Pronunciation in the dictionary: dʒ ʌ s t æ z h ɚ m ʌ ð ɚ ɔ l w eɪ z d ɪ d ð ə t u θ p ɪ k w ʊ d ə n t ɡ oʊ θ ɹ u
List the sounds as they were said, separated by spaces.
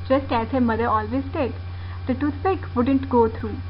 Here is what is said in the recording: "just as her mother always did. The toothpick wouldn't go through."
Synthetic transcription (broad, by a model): dʒ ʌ s t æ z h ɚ m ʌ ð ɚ ɔ l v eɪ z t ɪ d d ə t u s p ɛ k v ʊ d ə n t ɡ oʊ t ɹ u